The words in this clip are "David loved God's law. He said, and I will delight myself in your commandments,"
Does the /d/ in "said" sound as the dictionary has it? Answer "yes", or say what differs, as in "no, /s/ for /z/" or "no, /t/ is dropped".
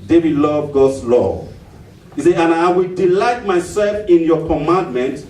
no, /d/ is dropped